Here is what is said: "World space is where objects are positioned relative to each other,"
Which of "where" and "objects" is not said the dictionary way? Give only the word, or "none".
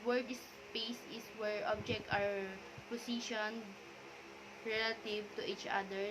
objects